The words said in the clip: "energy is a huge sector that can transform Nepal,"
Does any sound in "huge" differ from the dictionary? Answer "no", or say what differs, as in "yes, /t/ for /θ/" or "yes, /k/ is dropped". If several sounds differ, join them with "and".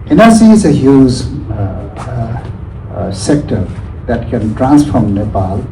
yes, /z/ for /dʒ/